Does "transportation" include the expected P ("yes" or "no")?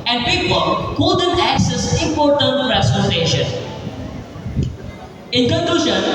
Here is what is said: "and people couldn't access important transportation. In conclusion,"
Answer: no